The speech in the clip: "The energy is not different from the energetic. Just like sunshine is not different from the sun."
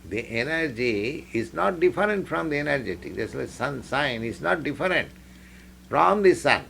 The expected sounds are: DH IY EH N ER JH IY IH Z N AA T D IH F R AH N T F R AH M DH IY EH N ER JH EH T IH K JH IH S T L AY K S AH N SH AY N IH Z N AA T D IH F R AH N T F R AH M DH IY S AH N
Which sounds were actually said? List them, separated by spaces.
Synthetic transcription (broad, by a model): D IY EH N ER JH IY IH Z N AA T D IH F R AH N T F R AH M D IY EH N ER JH EH T IH K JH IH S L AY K S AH N S AY N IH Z N AA T D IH F R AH N T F R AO M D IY S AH N